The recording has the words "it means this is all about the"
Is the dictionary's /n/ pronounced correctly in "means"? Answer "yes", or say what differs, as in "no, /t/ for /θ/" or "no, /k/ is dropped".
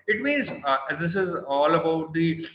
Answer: yes